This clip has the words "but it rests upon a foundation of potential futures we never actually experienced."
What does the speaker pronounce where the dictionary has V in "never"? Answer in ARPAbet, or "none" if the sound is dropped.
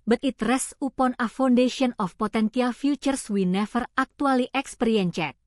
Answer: F